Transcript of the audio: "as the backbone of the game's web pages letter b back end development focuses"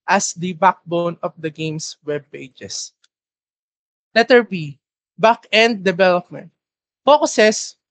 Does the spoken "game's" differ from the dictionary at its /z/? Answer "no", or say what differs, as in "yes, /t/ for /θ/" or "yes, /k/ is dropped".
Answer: yes, /s/ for /z/